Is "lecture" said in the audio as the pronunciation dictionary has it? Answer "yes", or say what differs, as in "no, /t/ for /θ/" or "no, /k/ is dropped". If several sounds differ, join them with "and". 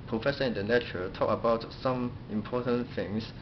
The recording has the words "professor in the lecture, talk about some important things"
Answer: no, /n/ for /l/